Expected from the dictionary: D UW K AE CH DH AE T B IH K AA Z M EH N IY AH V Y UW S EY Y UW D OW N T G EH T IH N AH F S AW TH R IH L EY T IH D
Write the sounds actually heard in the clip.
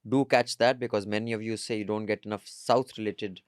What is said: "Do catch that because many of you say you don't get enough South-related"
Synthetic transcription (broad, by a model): D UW K AE CH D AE T B IH K AA Z M EH N IY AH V Y UW S EY Y UW D OW N T G EH T IH N AH F S AW T R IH L EY T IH D